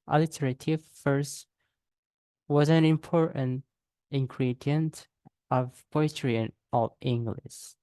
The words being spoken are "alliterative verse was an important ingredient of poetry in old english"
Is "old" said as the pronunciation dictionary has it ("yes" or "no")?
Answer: no